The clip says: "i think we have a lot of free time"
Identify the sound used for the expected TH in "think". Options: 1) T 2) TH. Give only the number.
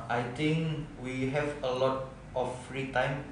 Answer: 1